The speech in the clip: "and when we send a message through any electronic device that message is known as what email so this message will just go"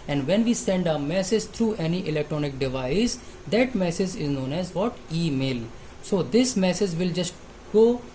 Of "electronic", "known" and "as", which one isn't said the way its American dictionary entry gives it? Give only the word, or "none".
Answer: none